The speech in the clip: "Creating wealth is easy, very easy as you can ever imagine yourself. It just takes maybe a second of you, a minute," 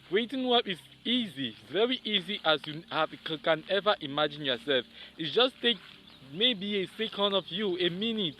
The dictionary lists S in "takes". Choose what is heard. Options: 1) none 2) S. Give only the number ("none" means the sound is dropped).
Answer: 1